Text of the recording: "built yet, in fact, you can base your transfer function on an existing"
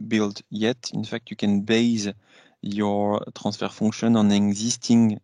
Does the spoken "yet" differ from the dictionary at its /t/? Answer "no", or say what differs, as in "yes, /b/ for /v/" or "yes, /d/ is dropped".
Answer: no